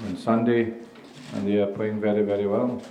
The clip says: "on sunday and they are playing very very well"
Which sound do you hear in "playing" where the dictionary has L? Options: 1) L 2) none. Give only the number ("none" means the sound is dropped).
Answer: 2